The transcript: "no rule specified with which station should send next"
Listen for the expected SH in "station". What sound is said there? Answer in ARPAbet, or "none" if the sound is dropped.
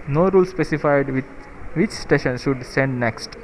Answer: SH